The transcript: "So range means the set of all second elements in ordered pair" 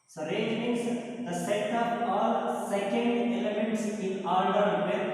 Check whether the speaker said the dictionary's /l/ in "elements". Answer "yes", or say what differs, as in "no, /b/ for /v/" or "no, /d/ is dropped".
yes